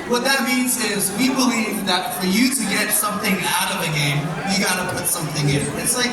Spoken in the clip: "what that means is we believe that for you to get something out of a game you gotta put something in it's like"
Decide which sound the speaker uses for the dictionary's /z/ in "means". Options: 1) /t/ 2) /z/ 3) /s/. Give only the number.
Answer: 2